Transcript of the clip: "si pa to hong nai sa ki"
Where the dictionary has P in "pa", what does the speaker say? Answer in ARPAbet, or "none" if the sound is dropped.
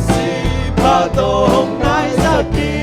B